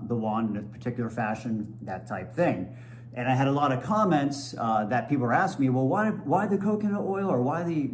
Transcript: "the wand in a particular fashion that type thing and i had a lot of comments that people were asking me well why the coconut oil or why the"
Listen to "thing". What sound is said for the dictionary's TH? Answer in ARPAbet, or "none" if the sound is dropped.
TH